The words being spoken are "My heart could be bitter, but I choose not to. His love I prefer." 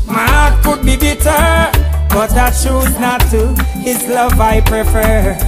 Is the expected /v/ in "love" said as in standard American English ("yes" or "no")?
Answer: yes